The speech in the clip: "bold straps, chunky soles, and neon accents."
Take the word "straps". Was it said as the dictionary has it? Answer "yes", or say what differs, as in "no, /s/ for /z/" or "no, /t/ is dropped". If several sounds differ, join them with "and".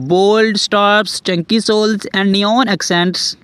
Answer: no, /ɹ/ is dropped